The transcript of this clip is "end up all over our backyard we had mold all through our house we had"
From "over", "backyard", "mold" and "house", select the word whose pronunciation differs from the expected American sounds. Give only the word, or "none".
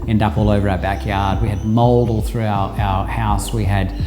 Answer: none